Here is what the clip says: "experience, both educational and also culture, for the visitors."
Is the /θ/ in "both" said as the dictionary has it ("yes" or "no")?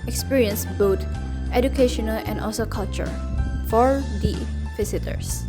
no